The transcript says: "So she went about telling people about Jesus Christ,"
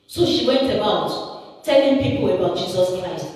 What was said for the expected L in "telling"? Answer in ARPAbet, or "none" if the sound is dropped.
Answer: L